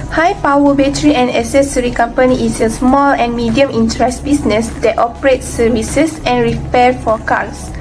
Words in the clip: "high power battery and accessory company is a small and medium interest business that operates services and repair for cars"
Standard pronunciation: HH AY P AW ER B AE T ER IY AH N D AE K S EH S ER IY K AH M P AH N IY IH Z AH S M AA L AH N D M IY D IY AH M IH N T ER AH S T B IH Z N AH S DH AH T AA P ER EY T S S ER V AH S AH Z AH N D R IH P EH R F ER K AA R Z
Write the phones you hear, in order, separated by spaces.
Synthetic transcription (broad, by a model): HH AY P AW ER B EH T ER IY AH N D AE S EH S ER IY K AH M P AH N IY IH S AH S M AA L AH N M IY D IY AH M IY N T ER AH S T B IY S N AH S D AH T AA P ER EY T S S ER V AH S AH S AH N R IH P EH F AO K AA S